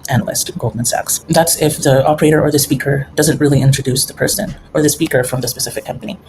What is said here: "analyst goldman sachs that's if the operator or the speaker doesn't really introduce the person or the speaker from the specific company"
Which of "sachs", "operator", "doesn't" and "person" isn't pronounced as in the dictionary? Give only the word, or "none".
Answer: none